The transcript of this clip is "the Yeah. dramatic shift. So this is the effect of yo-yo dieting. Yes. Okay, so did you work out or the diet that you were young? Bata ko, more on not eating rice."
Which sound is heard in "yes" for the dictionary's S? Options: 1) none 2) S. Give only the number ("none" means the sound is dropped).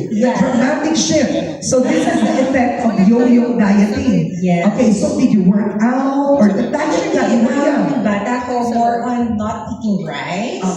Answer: 1